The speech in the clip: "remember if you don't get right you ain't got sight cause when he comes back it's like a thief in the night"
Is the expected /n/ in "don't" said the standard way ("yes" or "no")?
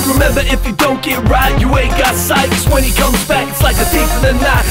yes